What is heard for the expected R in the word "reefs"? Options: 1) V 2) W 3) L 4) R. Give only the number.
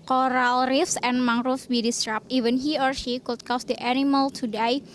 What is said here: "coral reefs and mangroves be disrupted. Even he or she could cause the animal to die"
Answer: 4